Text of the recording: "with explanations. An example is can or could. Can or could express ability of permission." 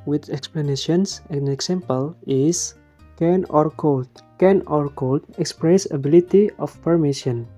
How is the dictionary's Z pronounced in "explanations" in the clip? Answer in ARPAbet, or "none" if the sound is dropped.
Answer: S